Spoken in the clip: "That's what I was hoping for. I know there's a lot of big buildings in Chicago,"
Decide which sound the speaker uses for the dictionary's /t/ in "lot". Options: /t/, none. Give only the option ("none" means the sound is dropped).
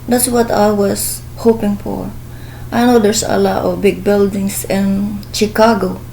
/t/